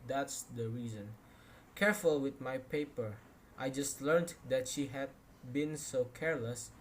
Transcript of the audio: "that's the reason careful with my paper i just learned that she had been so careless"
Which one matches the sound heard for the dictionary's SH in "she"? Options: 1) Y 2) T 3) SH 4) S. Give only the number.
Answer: 3